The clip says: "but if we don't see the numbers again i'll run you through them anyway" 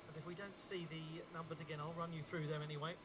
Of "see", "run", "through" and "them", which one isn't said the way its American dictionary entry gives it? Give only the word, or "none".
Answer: none